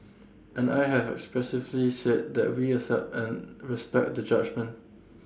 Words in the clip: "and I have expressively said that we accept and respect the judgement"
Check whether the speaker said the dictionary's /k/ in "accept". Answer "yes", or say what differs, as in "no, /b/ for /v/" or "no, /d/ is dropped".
no, /k/ is dropped